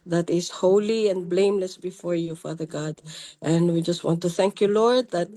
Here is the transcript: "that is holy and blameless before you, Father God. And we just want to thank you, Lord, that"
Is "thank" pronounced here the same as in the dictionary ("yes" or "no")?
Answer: yes